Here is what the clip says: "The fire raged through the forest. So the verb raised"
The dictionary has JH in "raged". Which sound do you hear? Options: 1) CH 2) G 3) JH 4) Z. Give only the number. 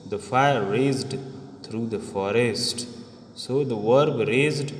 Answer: 4